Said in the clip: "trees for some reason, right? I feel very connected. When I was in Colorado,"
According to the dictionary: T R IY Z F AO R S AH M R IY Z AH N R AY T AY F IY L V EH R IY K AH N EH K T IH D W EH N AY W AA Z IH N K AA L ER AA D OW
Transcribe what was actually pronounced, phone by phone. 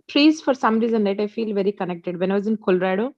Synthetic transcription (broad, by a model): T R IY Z F AO R S AH M R IY Z AH N L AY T AY F IY L V EH R IY K AH N EH K T IH D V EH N AY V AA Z IH N K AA L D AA D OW